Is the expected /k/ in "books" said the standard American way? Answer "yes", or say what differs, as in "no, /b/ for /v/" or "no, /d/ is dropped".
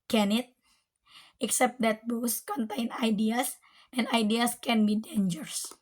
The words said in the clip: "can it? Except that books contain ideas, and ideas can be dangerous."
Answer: no, /k/ is dropped